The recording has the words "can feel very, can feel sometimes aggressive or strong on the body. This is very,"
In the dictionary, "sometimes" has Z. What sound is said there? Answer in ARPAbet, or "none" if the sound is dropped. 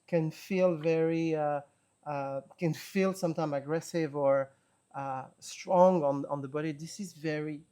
none